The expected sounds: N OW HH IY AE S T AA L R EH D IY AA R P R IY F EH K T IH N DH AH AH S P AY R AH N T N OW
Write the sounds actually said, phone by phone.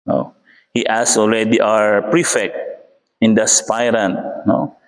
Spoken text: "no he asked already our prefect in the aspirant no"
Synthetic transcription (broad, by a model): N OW HH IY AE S AA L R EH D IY AA R P R IY F EH K T IH N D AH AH S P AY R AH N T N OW